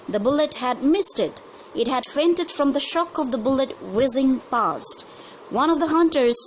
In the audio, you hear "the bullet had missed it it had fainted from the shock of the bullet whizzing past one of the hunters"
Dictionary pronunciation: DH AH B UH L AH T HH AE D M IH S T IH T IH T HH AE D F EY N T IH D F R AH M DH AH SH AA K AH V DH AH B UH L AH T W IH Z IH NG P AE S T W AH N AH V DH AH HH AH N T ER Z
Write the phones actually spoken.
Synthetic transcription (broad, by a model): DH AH B UH L AH T HH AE D M IH S T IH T IH T HH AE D F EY N T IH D F R AH M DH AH SH AA K AH V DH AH B UH L AH T W IH Z IH NG P AE S T W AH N AH V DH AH HH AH N T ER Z